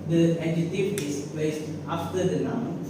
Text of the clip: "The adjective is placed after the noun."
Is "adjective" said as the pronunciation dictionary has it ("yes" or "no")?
no